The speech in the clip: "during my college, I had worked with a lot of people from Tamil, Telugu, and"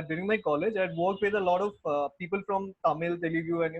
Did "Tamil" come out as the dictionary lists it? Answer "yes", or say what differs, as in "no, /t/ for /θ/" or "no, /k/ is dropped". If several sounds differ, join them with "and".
yes